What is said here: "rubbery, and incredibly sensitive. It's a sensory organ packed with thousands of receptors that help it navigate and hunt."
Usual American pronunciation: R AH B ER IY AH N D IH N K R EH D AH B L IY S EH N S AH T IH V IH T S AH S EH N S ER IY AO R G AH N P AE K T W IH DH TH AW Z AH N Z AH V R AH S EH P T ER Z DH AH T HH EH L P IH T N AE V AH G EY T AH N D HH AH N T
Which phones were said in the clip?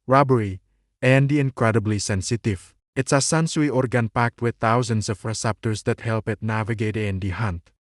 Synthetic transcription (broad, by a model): R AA B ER IY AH N D IH N K R EH D AH B L IY S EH N S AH T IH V IH T S AH S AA N S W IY AO R G AH N P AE K T W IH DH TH AW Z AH N S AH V R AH S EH P T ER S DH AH T HH EH L P IH T N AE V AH G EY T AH N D HH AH N T